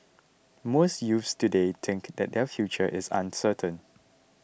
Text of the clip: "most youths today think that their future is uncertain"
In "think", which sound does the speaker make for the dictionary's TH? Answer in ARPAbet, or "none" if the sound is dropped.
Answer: T